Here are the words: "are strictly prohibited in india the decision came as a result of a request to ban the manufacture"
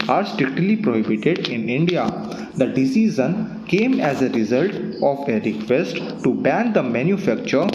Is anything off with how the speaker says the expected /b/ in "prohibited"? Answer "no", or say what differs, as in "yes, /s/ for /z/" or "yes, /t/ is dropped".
no